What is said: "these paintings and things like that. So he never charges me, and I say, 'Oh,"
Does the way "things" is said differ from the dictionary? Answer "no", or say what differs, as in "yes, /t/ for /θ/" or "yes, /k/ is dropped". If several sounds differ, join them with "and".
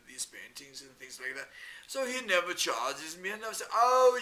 no